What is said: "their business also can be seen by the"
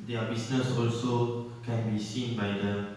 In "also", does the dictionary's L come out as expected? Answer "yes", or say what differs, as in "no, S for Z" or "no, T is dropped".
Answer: yes